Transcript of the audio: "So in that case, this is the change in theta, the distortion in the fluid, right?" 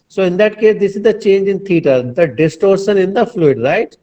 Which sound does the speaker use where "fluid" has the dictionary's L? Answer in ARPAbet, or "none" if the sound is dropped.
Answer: L